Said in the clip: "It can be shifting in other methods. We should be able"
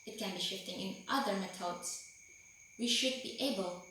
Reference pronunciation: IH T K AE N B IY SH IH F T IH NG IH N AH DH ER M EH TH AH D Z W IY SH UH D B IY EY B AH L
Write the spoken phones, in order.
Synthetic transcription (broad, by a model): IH T K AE N B IY SH IH F T IH NG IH N AH DH ER M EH T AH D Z W IY SH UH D B IY EY B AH L